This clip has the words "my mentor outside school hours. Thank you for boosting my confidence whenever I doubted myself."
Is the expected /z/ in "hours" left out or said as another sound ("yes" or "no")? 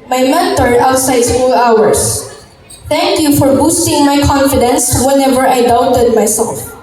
yes